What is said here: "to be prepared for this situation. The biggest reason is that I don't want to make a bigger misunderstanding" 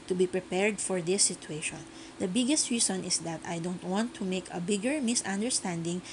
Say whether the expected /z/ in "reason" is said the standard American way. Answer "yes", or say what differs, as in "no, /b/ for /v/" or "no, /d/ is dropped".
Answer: no, /s/ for /z/